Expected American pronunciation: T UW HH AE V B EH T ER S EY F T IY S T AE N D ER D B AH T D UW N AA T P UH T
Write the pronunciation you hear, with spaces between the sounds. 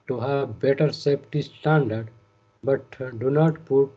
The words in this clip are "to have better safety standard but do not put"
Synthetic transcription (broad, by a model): T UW HH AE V B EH T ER S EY P T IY S T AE N D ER D B AH T D UW N AA T P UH T